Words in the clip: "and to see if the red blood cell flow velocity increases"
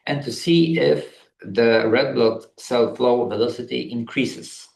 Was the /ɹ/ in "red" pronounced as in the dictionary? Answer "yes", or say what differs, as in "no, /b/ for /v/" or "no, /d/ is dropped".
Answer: yes